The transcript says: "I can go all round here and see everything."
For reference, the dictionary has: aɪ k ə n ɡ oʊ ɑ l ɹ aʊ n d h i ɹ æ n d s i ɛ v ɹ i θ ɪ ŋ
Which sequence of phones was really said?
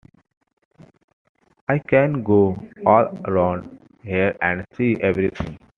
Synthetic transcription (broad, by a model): aɪ k ə n ɡ oʊ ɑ l ɹ aʊ n d h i ɹ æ n d s i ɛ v ɹ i t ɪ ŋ